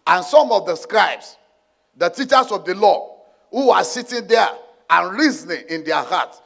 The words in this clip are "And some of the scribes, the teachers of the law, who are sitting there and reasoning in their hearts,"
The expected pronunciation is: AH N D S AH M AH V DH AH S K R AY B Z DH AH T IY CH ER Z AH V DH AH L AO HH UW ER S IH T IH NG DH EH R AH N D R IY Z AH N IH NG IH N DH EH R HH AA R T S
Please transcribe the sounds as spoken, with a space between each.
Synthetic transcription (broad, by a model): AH N S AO M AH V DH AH S K R AY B S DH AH T IY CH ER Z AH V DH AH L AO HH UW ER S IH T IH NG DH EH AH N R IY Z N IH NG IH N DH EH HH AA T S